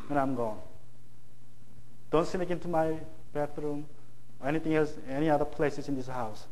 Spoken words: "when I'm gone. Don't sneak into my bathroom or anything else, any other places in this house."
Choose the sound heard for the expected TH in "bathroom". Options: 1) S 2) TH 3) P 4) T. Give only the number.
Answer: 4